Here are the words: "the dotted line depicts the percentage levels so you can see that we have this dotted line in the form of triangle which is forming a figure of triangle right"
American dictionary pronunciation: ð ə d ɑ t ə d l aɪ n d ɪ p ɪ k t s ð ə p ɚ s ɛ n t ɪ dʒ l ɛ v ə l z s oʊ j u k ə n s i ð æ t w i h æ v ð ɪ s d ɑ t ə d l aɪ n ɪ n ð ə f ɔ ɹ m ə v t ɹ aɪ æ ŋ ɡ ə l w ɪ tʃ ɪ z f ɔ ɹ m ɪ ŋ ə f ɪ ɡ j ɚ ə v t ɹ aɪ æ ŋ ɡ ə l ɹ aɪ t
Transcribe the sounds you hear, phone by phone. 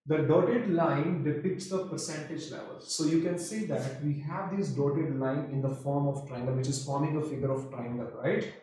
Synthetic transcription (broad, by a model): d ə d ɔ t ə d l aɪ n d ɪ p ɪ k t s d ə p ɚ s ɛ n t ɪ dʒ l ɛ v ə l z s oʊ j u k ə n s i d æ t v i h æ v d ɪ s d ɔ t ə d l aɪ n ɪ n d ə f ɔ ɹ m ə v t ɹ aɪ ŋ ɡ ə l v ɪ tʃ ɪ z f ɔ ɹ m ɪ ŋ ə f ɪ ɡ j ɚ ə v t ɹ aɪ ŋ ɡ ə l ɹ aɪ t